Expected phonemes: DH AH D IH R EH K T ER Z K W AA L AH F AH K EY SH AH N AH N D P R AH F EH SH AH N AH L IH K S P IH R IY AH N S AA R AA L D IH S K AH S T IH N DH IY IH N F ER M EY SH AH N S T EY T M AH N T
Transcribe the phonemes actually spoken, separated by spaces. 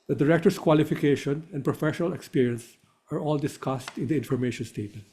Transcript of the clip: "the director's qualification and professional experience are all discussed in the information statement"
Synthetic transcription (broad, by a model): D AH D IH R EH K T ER S K W AA L AH F AH K EY SH AH N AH N D P R AH F EH SH AH N AH L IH K S P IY R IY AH N S AA R AA L D IH S K AH S T IH N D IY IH N F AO M EY SH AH N S T EY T M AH N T